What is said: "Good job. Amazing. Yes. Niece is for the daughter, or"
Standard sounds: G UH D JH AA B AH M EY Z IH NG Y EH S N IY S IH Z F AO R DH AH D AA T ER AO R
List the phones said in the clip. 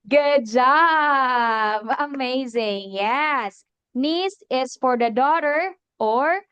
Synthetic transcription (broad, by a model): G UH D JH AA B AH M EY Z IH NG Y EH S N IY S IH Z F AO R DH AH D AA T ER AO R